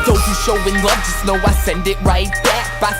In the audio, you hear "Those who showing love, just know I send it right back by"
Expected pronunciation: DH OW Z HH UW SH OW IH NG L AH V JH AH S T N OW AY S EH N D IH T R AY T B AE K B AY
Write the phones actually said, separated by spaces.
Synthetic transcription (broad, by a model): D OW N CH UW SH OW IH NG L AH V JH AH S N OW AY S EH N D IH T R AY T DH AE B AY